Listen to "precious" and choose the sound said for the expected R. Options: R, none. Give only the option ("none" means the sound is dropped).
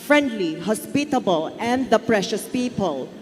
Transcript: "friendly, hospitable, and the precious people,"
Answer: R